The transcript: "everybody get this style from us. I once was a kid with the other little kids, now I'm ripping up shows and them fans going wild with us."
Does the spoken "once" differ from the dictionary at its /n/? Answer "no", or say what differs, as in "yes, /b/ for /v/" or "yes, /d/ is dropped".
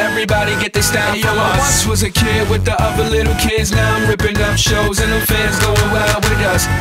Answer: yes, /n/ is dropped